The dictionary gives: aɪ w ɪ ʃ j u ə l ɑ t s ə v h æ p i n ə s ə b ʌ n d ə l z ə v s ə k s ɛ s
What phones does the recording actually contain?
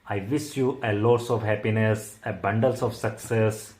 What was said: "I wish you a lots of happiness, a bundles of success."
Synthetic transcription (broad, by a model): aɪ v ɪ s j u ə l ɑ t s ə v h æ p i n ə s ə b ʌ n d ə l s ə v s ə k s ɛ s